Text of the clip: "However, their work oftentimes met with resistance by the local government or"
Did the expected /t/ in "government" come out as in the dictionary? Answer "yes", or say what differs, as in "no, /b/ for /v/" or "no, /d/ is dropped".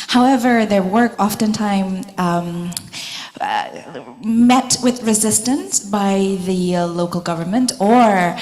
yes